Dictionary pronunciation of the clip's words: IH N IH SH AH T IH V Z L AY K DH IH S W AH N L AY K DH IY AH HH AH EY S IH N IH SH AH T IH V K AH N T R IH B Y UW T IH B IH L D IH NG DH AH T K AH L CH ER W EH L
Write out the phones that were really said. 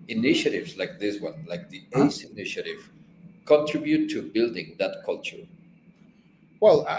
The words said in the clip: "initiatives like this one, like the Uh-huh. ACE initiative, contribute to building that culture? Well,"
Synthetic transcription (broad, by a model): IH N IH SH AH T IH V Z L AY K DH IH S W AH N L AY K DH IY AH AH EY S IH N IH SH AH T IH V K AH N T R IH B Y UW T IH B IH L D IH NG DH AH T K AH L CH ER W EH L